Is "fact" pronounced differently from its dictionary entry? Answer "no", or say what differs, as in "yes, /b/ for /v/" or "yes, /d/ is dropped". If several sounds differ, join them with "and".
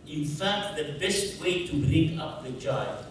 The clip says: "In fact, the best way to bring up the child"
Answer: no